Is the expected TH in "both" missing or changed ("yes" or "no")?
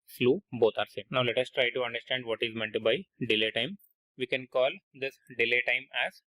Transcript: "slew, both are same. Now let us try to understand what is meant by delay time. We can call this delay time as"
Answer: yes